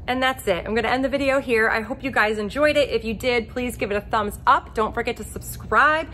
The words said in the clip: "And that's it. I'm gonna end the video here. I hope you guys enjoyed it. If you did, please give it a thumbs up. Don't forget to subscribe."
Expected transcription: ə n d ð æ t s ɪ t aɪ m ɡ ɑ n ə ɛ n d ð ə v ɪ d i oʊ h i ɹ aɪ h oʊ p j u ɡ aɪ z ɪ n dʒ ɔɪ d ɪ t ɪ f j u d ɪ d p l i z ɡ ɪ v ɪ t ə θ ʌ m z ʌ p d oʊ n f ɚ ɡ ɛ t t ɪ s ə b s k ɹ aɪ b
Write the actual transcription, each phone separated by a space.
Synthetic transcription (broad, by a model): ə n ð æ t s ɪ t aɪ m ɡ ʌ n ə ɛ n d ð ə v ɪ d i oʊ h i ɹ aɪ h oʊ p j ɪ ɡ aɪ z ɪ n dʒ ɔɪ d ɪ t ɪ f j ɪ d ɪ d p l i z ɡ ɪ v ɪ t ə θ ʌ m z ʌ p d oʊ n f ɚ ɡ ɛ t t ɪ s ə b s k ɹ aɪ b